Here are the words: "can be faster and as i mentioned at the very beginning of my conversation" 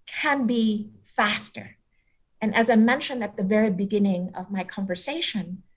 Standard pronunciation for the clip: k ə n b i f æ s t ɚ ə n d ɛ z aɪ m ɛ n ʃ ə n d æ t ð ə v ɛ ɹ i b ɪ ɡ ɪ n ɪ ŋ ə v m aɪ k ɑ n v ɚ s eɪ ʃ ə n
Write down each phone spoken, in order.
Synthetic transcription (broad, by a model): k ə n b i f æ s t ɚ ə n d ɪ z aɪ m ɛ n ʃ ə n d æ t ð ə v ɛ ɹ i b ɪ ɡ ɪ n ɪ ŋ ə v m aɪ k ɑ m v ɚ s eɪ ʃ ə n